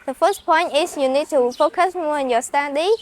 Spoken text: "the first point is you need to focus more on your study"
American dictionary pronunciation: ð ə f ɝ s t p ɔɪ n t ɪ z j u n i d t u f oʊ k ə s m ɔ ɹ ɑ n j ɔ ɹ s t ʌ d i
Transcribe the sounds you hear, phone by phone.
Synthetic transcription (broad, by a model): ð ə f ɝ s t p ɔɪ n t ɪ s j u n i d t u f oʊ k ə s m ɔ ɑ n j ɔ s t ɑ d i